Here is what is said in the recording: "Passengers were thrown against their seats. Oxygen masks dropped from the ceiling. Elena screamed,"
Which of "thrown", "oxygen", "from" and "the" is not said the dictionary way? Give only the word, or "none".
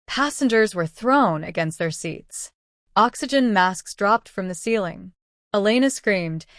none